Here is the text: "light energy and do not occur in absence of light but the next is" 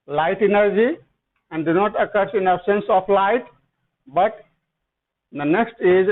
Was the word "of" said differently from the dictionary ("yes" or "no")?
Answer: yes